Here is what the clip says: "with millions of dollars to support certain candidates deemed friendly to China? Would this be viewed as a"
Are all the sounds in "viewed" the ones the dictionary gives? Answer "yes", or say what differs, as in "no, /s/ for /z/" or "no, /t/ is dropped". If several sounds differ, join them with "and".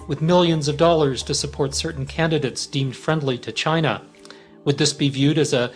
yes